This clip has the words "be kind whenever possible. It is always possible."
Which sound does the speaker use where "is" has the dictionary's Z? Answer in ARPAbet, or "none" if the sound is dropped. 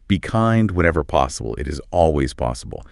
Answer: Z